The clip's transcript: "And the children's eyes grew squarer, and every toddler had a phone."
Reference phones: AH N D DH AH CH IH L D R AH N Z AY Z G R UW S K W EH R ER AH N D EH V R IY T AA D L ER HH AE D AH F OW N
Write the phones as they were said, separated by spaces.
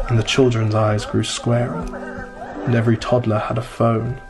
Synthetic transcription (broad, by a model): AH N DH AH CH IH L D R AH N Z AY Z G R UW S K W EH R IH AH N EH V R IY T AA D L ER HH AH D AH F OW N